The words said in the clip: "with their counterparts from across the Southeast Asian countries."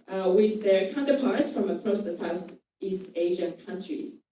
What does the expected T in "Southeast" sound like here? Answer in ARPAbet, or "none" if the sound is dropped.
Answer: T